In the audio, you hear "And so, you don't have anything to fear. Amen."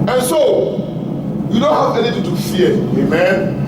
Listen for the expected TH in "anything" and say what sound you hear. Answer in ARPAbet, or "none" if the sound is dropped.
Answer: T